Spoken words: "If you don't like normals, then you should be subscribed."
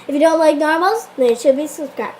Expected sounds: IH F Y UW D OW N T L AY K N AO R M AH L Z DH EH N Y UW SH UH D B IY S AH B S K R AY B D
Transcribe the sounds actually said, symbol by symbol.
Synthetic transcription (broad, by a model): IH F Y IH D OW N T L AY K N AO R M AH L Z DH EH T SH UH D B IY S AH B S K R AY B